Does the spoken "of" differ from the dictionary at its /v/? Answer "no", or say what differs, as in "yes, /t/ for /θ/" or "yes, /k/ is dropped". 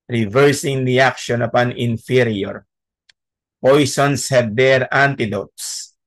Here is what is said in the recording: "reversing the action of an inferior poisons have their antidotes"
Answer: yes, /p/ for /v/